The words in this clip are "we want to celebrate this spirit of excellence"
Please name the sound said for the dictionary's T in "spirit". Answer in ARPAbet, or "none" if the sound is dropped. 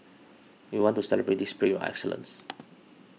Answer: none